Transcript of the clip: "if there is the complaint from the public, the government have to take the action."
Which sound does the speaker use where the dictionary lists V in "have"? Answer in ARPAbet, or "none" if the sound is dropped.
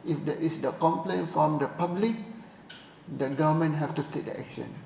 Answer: F